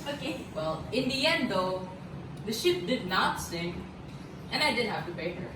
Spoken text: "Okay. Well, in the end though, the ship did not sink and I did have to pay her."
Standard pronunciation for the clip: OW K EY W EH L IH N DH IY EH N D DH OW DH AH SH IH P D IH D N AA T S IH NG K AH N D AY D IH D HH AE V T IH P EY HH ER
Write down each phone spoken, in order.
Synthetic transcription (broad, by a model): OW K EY W EH L IH N DH IY EH N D DH OW DH AH SH IH P D IH D N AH T S IH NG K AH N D AY D IH D HH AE F T IH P EY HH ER